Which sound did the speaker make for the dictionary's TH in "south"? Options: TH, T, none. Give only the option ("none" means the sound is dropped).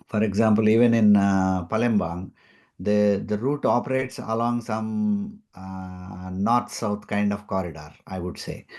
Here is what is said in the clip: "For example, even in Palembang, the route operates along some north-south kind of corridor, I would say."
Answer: T